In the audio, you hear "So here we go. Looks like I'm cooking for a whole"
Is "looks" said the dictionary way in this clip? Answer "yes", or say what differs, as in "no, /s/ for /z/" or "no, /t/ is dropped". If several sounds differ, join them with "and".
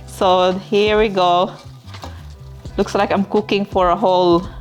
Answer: yes